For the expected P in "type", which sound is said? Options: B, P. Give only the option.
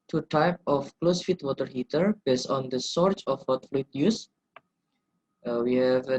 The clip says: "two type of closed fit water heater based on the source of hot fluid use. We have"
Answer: P